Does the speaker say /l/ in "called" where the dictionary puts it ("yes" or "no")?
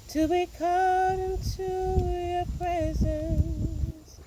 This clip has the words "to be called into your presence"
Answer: no